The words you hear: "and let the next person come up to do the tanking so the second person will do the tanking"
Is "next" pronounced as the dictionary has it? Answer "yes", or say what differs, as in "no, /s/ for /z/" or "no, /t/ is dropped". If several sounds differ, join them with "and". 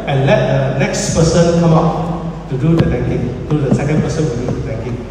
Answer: yes